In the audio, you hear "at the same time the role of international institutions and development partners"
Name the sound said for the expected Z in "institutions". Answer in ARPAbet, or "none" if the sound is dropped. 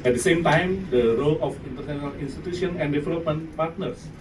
none